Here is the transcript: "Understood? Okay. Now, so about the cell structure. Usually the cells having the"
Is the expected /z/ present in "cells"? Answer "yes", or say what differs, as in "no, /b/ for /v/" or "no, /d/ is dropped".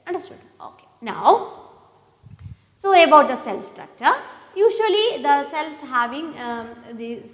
no, /s/ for /z/